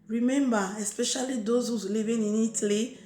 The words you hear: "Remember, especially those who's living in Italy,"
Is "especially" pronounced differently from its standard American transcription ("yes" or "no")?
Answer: no